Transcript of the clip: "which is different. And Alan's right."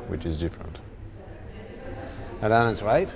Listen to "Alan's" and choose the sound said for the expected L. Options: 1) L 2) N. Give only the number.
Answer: 2